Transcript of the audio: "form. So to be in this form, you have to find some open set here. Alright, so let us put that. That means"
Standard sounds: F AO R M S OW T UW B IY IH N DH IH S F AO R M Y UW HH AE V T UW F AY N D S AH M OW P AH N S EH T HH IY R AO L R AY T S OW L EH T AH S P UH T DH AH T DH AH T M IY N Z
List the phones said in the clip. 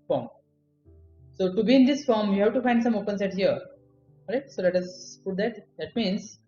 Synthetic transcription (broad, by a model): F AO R M S OW T UW B IY IH N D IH S F AO R M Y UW HH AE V T UW F AY N D S AH M OW P AH N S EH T HH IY R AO R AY T S OW L EH T AH S P UH T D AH T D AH T M IY N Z